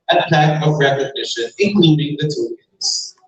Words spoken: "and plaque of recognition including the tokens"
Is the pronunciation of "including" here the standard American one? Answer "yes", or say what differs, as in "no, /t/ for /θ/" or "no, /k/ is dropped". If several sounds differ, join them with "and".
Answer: no, /k/ is dropped